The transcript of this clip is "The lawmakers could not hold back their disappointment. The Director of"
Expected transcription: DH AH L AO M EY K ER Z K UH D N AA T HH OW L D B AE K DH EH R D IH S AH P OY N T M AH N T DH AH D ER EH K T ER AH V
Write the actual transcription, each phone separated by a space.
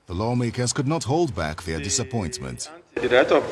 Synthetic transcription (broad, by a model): DH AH L AO M EY K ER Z K UH D N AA T HH OW L D B AE K DH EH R D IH S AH P OY N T M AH N T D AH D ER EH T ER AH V